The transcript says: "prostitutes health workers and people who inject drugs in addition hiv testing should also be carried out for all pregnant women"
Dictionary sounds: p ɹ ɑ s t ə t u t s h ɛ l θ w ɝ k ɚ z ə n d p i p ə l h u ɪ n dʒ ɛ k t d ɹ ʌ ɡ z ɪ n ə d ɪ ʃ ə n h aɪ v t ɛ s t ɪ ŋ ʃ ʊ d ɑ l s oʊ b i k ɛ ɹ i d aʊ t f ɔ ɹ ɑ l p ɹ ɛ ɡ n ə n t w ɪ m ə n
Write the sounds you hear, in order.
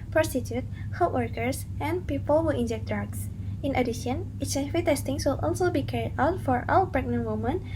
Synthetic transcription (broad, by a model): p ɹ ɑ s t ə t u t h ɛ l t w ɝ k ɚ s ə n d p i p ə l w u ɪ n dʒ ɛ k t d ɹ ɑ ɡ s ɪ n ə d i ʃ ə n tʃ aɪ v t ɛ s t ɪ ŋ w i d ɑ l s oʊ b i k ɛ ɹ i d aʊ t f ɔ ɹ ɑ w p ɹ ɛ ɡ n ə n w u m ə n